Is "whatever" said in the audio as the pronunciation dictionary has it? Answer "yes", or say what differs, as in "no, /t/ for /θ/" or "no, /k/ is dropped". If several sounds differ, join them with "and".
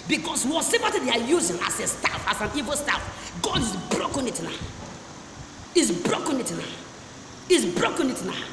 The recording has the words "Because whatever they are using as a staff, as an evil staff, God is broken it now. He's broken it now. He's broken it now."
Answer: no, /s/ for /t/